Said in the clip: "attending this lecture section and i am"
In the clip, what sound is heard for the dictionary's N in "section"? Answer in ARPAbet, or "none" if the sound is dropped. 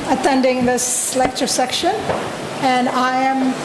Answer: N